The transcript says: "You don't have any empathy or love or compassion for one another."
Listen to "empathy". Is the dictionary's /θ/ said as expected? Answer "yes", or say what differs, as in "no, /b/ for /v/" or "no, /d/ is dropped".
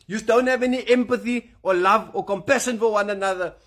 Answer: yes